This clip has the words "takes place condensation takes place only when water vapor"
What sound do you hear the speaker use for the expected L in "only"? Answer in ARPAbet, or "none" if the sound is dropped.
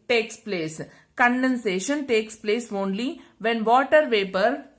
L